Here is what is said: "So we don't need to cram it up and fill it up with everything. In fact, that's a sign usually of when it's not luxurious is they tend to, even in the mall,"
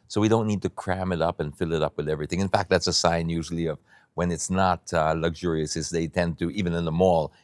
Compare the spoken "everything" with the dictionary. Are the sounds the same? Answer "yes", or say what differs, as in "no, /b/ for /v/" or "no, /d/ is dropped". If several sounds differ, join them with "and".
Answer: yes